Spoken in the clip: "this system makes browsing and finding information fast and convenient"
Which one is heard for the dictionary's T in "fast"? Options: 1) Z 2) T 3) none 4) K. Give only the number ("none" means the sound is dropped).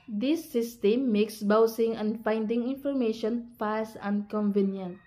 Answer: 3